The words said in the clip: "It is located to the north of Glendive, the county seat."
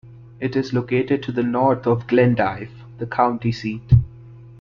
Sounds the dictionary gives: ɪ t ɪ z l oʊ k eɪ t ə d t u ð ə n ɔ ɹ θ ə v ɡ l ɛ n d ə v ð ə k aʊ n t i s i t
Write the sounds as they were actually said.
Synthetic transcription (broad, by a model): ɪ t ɪ z l oʊ k eɪ t ə d t u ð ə n ɔ ɹ t ə v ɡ l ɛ n d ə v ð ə k aʊ n t i s i t